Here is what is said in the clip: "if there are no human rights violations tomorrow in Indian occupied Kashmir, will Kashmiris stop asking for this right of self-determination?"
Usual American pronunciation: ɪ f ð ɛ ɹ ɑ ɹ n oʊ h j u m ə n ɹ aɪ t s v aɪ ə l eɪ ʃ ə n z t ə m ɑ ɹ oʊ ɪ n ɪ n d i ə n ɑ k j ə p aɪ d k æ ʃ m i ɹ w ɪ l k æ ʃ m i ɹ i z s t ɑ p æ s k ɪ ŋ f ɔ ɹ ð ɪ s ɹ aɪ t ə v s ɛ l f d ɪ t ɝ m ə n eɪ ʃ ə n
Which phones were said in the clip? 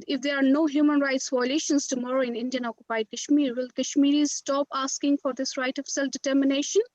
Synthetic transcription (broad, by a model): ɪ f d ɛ ɹ ɑ ɹ n oʊ h j u m ə n ɹ aɪ t s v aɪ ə l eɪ ʃ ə n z t ə m ɑ ɹ oʊ ɪ n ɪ n d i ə n ɑ k j ə p aɪ d k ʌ ʃ m i ɹ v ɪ l k æ ʃ m i ɹ i z s t ɑ p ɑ s k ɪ ŋ f ɔ ɹ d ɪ s ɹ aɪ t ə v s ɛ l f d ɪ t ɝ m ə n eɪ ʃ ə n